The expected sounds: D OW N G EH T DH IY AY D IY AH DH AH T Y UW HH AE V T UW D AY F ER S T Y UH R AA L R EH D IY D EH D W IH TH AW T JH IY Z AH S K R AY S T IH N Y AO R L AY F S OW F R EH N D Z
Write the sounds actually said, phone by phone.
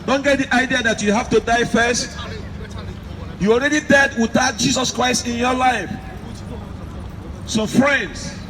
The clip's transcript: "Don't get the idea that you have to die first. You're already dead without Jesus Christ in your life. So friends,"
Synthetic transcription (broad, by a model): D OW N G EH T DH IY AY D IY AH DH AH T Y UW HH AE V T UW D AY F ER S T Y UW AA L R EH D IY D EH D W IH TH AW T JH IY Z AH S K R AY S T IH N Y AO L AY F S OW F R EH N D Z